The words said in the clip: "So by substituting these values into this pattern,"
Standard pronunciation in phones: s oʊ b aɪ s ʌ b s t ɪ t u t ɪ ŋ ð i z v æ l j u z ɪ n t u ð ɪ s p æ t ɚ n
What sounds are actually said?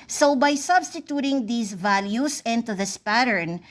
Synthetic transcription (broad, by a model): s oʊ b aɪ s ʌ b s t ɪ t u t ɪ ŋ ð i s v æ l j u s ɪ n t u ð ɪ s p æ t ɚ n